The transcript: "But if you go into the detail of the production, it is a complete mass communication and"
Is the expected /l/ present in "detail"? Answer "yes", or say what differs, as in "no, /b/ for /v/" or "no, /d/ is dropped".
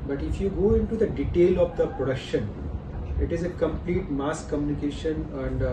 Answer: yes